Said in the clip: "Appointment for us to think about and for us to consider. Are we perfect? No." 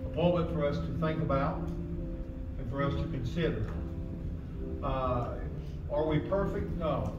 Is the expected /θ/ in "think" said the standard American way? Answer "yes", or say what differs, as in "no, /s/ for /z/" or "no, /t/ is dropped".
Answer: yes